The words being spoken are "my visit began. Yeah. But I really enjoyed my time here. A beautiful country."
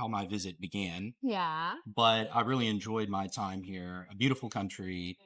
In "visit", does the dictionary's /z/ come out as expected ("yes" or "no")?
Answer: yes